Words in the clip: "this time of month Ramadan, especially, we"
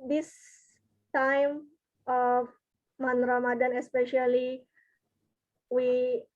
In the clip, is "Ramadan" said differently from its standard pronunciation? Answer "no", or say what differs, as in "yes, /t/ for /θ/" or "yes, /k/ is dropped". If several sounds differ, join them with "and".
no